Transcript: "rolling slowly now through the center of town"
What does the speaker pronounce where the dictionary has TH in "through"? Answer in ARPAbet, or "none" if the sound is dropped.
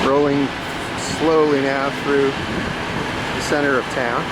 TH